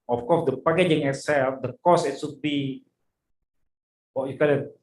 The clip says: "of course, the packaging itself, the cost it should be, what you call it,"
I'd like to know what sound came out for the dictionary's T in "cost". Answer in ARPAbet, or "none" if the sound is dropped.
none